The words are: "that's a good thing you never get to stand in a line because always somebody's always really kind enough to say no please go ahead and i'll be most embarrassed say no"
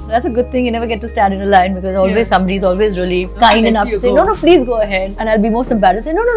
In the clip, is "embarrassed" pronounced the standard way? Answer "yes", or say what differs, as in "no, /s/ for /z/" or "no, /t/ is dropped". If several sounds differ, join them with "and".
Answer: no, /s/ is dropped